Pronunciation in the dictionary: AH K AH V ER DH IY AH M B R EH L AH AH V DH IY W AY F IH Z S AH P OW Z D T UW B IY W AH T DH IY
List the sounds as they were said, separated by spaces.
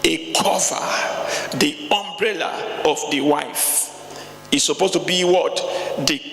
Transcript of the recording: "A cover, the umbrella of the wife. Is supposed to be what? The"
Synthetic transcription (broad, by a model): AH K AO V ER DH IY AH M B R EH L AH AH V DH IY W AY F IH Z S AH P OW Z T UW B IY W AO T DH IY